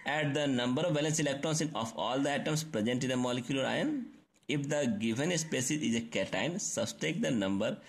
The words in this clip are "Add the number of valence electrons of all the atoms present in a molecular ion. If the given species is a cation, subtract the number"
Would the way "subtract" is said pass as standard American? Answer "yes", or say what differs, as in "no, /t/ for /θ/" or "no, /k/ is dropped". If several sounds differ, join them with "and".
no, /ɹ/ is dropped